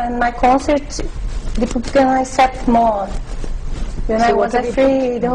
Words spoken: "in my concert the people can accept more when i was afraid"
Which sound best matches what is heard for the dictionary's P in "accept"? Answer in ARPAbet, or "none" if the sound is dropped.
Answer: none